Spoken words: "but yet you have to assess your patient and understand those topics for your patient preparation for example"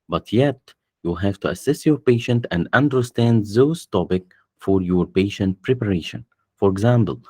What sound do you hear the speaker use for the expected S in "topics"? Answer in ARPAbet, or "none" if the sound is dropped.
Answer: none